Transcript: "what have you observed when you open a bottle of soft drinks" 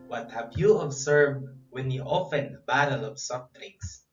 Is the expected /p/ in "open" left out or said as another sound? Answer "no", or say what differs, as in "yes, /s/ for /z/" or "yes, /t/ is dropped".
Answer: yes, /f/ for /p/